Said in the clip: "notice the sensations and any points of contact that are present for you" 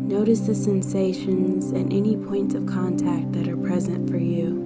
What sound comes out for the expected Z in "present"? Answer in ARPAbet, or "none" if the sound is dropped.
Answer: Z